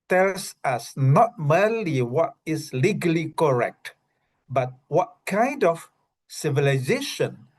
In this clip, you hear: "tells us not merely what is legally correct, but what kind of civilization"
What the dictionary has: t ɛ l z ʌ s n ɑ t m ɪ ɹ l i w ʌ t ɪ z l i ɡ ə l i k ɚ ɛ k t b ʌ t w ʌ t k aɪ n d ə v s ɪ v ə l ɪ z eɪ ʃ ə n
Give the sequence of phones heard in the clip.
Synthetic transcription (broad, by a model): t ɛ l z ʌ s n ɑ t m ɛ l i w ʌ t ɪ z l i ɡ ə l i k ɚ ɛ k t b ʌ t w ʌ t k aɪ n d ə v s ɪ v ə l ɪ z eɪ ʃ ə n